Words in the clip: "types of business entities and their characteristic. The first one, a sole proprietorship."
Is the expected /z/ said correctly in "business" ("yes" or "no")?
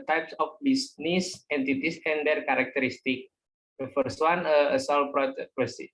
no